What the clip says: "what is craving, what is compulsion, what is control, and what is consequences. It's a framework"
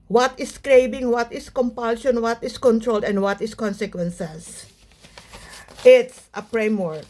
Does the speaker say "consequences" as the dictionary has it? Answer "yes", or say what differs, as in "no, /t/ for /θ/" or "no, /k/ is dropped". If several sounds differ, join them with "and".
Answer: no, /s/ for /z/